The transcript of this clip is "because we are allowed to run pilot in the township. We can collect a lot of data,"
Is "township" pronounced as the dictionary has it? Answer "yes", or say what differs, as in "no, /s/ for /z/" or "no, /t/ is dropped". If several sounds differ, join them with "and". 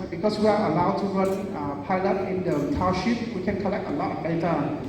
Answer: no, /n/ is dropped